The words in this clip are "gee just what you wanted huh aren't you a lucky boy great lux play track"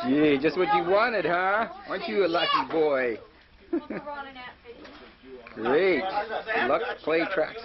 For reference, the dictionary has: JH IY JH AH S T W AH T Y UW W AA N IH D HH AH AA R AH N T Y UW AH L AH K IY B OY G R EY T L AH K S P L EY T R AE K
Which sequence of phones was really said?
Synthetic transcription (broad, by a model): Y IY JH AH S T W AH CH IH W AA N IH D HH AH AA W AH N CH AH L AH K IY B OY G R EY T L AH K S P L EY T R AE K